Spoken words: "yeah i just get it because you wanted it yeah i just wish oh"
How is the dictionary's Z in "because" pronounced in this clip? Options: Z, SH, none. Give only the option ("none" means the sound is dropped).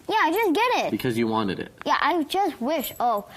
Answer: Z